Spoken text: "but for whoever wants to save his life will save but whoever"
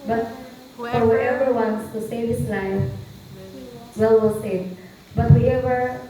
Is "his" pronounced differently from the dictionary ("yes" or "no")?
yes